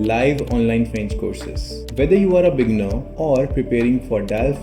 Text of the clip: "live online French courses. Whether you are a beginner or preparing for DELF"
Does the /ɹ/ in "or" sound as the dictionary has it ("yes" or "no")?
yes